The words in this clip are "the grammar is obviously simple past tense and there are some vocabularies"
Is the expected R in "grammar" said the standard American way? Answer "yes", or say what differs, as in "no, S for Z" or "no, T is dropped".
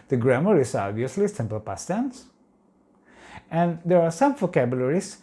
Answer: yes